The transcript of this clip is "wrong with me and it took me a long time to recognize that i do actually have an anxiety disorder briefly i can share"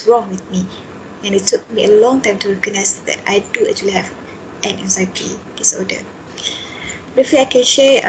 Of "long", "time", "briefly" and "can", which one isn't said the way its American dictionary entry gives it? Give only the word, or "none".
briefly